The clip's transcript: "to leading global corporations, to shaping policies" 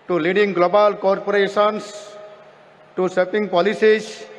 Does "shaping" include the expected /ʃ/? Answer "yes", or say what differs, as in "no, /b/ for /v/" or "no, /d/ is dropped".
no, /s/ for /ʃ/